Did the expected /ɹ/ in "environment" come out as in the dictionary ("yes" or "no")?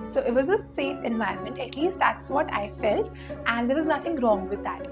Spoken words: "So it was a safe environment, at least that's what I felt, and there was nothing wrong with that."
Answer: no